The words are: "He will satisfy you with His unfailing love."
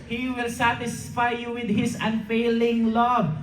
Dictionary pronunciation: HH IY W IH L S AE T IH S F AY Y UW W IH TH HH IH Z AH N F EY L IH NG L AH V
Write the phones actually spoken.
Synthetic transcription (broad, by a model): HH IY W IH L S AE T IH S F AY Y UW W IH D HH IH S AH N F EY L IH NG L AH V